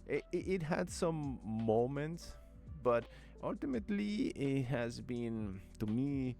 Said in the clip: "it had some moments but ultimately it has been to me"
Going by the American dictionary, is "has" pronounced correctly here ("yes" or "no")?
yes